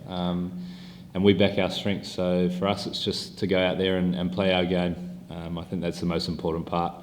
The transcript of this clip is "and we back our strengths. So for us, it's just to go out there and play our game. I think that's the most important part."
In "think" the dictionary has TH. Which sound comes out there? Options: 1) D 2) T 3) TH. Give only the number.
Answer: 3